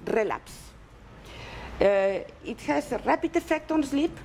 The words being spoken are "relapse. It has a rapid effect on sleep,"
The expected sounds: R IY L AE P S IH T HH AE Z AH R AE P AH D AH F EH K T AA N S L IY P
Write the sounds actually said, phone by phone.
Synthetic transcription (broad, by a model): R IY L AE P S IH T HH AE S AH R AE P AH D AH F EH K T AA N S L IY P